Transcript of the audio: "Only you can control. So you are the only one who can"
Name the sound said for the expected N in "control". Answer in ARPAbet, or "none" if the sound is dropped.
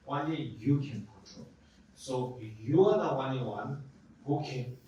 none